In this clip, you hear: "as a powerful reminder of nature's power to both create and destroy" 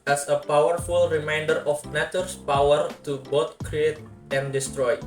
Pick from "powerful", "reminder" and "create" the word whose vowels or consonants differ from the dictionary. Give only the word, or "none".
none